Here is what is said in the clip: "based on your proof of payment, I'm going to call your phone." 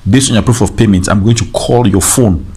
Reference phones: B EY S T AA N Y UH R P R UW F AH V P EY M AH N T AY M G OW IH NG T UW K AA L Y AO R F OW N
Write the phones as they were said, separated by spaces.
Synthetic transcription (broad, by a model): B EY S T AA N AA P R UW F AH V P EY M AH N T AY M G OW IH NG T UW K AA L Y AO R F OW N